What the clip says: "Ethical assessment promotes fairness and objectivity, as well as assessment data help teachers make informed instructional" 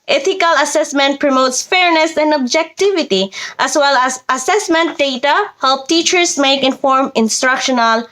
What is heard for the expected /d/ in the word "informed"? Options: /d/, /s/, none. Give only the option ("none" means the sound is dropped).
none